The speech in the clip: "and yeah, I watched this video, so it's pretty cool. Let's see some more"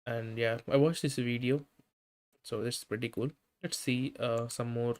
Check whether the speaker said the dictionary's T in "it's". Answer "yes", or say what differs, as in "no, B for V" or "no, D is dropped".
no, S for T